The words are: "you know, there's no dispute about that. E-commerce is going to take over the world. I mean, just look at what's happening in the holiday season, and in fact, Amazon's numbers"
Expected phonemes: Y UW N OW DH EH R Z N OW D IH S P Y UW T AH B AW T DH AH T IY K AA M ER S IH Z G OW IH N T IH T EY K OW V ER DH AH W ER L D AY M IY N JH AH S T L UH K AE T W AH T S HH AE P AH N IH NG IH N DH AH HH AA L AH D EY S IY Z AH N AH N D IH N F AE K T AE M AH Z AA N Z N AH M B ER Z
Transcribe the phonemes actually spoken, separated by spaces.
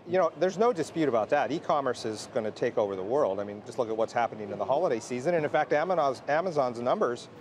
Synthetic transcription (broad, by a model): Y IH N OW DH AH R Z N OW D IH S P Y UW T AH B AW T DH AH T IY K AA M ER S IH Z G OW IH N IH T EY K OW V ER DH AH W ER L D AY M IY N JH AH S T L UH K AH T W AH T S HH AE P AH N IH NG IH N DH AH HH AA L AH D EY S IY Z AH N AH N IH N F AE K T AE M AH Z AA N Z N AH M B ER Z